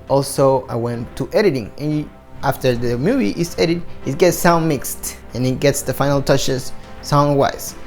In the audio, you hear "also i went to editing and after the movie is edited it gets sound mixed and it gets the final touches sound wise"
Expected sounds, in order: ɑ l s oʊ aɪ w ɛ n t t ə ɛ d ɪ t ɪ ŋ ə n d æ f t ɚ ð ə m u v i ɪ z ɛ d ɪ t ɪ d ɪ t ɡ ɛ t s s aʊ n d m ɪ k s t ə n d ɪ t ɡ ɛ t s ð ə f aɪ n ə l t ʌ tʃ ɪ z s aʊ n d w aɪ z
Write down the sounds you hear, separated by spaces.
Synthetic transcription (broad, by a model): ɑ l s oʊ aɪ w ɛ n t t ɛ d ɪ t ɪ ŋ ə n æ f t ɚ ð ə m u v i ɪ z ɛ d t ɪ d ɪ t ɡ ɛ t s s aʊ n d m ɪ k s t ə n ɪ t ɡ ɛ t s ð ə f aɪ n l t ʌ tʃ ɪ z s aʊ n d w aɪ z